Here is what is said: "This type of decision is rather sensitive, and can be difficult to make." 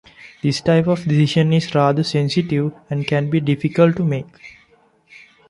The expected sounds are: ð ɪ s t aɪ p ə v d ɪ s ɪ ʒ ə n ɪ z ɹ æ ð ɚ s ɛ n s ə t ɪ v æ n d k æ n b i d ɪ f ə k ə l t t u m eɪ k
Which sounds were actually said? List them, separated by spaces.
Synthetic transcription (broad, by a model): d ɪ s t aɪ p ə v d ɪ s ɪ ʃ ə n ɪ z ɹ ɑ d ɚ s ɛ n s ə t ɪ v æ n d k æ n b i d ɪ f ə k ə l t t u m eɪ k